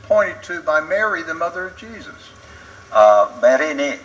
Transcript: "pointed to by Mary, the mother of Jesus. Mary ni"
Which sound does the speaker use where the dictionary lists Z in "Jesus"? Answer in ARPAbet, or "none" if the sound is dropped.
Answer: Z